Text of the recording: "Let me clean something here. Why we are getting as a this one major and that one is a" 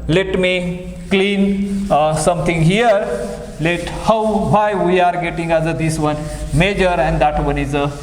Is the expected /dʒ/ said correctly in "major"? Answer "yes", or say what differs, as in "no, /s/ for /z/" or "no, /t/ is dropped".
yes